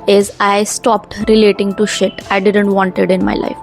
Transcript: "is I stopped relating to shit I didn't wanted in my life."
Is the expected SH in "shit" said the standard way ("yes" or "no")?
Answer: yes